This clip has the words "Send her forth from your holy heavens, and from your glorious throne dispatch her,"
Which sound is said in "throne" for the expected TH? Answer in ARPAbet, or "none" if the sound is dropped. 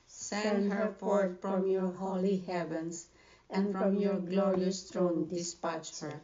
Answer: T